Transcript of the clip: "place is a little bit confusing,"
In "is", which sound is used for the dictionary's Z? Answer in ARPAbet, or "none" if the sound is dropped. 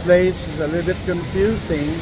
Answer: Z